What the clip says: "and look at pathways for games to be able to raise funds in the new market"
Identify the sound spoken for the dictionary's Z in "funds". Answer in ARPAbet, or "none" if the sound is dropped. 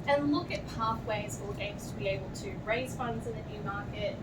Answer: Z